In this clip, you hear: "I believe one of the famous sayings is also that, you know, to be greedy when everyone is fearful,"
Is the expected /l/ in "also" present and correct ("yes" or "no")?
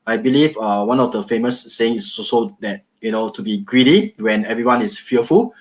no